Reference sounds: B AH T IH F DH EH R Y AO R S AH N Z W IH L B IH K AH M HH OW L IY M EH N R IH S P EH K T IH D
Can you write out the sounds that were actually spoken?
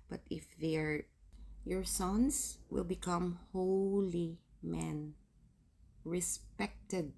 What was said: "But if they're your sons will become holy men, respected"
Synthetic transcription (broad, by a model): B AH T IH F DH EH R Y AO R S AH N S W IH L B IH K AH M HH OW L IY M EH N R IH S P EH K T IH D